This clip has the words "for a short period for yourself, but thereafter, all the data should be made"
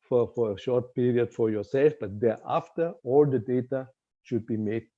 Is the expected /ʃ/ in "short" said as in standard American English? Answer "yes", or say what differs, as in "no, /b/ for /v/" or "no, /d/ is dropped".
yes